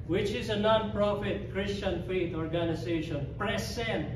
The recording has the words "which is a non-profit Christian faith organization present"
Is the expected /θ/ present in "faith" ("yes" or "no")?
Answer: no